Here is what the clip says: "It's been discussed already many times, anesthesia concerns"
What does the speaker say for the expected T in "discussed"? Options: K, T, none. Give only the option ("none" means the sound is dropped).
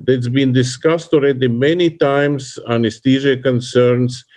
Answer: T